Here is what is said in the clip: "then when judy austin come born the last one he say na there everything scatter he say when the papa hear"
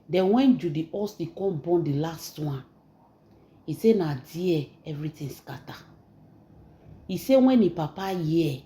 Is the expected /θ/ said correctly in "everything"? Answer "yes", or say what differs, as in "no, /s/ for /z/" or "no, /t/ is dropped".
no, /t/ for /θ/